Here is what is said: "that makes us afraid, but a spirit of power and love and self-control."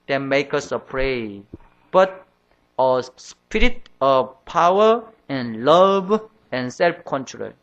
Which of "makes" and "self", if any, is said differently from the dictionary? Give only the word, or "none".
makes